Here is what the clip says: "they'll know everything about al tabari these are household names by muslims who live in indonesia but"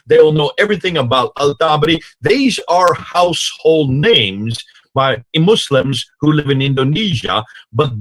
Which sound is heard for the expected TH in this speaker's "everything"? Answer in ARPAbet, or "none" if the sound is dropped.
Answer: TH